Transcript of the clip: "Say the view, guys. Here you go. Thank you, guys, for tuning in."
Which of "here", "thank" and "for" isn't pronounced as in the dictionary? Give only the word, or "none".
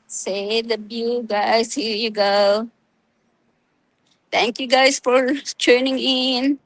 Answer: thank